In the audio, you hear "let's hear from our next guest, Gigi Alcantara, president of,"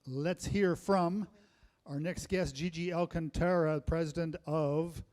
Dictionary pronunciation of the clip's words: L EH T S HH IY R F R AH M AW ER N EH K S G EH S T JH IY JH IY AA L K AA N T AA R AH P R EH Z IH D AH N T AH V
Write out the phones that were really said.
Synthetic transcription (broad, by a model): L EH T S HH IY R F R AH M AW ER N EH K S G EH S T JH IY JH IY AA L K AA N T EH R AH P R EH Z IH D AH N T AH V